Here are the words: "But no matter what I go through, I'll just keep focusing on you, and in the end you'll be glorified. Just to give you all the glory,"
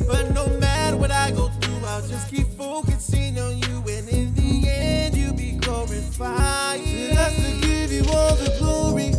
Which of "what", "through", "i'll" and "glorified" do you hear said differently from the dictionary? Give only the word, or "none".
glorified